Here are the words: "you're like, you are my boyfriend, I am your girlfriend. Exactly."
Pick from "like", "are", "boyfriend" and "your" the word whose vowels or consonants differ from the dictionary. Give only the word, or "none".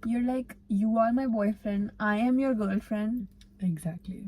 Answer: none